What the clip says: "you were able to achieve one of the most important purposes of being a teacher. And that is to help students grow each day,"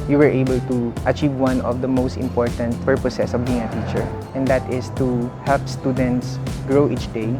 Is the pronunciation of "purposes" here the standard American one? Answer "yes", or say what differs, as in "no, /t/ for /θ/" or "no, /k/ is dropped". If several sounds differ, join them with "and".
no, /s/ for /z/